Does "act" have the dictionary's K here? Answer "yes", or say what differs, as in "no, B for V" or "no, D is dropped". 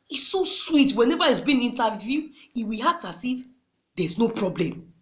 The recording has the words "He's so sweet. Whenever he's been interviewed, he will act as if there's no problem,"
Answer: no, K is dropped